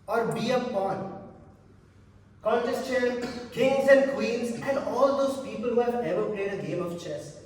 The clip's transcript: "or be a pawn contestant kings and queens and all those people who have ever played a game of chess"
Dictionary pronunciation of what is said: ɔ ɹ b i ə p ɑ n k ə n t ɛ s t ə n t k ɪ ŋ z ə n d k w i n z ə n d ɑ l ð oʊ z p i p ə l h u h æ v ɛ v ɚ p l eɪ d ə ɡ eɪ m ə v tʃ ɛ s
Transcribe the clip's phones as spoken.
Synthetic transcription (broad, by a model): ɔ ɹ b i ə p ɑ n k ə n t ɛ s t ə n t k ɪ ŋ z ə n d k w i l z ə n d ɑ l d oʊ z p i p ə l h u h æ v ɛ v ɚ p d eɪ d ə ɡ eɪ m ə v tʃ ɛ s